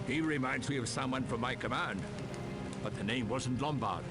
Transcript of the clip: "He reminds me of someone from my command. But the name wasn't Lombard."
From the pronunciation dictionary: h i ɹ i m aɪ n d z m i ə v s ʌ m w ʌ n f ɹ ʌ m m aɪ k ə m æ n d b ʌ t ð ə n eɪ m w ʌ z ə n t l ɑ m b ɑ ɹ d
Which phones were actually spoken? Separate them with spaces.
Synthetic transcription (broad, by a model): h i ɹ i m aɪ n d z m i ə v s ʌ m w ʌ n f ɹ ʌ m m aɪ k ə m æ n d b ʌ t ð ə n eɪ m w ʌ z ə n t l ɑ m b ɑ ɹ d